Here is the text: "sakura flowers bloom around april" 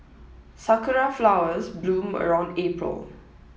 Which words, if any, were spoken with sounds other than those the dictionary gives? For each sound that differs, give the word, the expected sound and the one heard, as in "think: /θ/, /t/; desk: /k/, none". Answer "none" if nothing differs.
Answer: none